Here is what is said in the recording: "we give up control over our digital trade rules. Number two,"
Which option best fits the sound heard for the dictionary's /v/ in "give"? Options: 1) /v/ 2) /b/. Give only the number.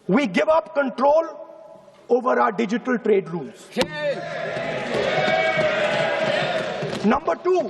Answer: 1